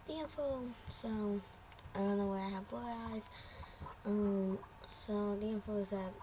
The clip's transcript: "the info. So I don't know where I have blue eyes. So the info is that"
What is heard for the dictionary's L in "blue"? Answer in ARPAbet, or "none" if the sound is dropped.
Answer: none